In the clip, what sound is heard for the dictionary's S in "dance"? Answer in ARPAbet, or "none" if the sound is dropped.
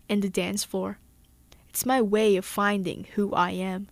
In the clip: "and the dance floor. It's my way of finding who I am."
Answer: S